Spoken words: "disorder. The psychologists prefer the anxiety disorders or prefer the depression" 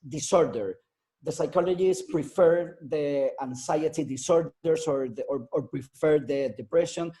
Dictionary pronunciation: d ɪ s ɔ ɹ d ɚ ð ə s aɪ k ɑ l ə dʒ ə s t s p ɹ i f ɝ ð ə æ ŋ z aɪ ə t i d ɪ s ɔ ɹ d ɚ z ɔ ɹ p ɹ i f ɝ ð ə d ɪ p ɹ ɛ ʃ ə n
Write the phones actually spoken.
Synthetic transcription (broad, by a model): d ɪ s ɔ ɹ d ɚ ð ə s aɪ k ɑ l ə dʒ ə s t p ɹ i f ɝ ð ə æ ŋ s aɪ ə t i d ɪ s ɔ ɹ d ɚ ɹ ɔ ɹ p ɹ i f ɝ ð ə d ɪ p ɹ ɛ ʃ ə n